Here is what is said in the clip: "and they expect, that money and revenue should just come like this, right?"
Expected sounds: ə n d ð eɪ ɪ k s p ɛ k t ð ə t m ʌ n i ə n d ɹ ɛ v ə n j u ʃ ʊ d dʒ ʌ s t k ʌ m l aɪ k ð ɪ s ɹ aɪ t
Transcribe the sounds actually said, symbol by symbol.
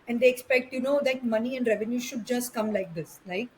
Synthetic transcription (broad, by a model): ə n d eɪ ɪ k s p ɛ k t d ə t m ʌ n i ə n d ɹ ɛ v ə n j u ʃ ʊ d dʒ ʌ s t k ʌ m l aɪ k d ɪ s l aɪ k